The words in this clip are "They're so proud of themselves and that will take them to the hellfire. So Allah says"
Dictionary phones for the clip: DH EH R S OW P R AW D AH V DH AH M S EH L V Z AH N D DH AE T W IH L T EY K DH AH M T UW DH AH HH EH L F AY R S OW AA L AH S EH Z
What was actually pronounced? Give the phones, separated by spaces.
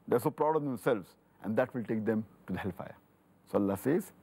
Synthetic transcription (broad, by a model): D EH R S OW P R AW D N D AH M S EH L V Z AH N D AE T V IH L T EY K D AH M T UW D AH HH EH L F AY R S OW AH L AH S EH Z